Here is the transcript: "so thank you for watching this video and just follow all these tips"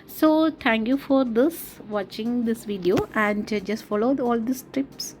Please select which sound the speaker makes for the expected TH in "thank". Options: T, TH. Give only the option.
T